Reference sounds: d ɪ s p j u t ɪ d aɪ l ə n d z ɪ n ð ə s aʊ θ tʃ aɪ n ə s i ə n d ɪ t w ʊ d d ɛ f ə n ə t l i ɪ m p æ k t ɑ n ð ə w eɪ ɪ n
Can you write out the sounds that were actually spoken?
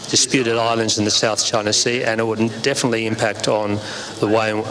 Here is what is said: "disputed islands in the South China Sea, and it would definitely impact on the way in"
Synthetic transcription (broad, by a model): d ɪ s p j u t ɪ d aɪ l ə n d z ɪ n ð ə s aʊ θ tʃ aɪ n ə s i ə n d ɪ t w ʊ d d ɛ f ə n ə t l i ɪ m p æ k t n ð ə w eɪ ɪ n